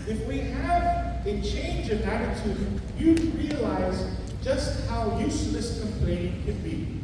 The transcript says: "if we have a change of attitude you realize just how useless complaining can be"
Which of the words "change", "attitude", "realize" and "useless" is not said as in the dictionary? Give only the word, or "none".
none